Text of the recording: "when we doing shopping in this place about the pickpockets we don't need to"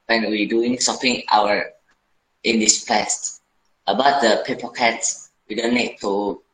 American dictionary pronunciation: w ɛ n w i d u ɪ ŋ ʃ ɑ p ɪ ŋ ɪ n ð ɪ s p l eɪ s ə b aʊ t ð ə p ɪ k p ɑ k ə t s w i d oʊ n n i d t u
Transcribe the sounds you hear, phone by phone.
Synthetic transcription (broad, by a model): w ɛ n w i d u ɪ ŋ s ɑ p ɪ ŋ ɪ n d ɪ s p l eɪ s ə b aʊ t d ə p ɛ p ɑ k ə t s w i d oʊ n n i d t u